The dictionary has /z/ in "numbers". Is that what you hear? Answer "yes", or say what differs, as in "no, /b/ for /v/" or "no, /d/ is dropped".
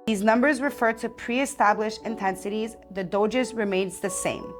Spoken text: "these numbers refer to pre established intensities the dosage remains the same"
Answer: yes